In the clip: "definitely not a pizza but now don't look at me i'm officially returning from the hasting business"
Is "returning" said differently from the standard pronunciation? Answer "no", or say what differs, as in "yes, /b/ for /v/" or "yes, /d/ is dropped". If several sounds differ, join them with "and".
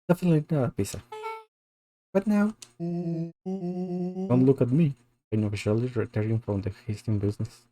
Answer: yes, /n/ is dropped